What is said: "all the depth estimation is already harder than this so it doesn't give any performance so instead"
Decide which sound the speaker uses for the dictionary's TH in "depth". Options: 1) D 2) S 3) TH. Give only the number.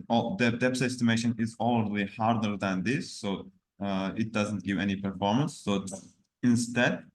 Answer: 2